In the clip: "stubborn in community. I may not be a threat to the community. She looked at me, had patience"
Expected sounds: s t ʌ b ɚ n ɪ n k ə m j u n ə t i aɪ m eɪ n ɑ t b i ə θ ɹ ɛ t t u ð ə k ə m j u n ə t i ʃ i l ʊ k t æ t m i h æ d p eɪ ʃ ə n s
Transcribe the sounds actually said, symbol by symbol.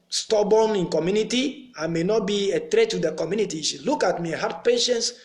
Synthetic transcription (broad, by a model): s t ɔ b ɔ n ɪ n k ə m j u n ə t i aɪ m eɪ n ɑ t b i ə t ɹ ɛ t t u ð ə k ə m j u n ə t i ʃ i l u k ɑ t m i h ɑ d p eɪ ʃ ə n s